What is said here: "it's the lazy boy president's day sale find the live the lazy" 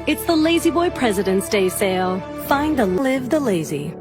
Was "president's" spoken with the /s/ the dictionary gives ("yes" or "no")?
yes